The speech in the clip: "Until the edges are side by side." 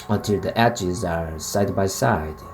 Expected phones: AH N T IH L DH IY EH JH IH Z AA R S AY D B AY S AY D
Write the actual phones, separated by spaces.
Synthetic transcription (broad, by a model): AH N T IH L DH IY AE CH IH Z AA R S AY D B AY S AY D